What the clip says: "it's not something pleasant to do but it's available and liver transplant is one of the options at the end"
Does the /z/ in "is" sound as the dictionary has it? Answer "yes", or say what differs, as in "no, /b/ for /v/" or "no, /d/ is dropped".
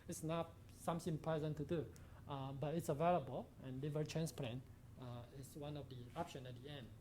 no, /s/ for /z/